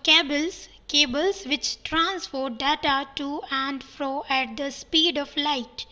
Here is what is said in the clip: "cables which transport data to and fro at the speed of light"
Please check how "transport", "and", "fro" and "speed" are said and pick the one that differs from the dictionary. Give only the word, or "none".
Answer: transport